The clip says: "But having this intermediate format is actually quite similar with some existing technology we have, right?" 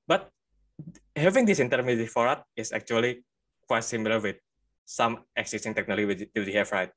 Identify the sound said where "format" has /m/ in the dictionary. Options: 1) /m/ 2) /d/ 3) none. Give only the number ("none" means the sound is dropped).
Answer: 3